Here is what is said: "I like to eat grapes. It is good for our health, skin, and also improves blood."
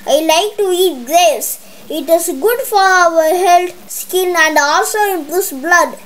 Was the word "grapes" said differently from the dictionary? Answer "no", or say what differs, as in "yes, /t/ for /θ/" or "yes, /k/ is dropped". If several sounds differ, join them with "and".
yes, /p/ is dropped